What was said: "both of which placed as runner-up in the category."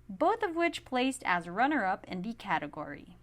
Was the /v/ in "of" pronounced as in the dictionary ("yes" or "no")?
yes